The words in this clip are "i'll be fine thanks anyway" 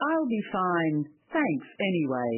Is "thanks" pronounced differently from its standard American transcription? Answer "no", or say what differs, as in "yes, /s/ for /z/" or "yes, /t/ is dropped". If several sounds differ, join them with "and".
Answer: no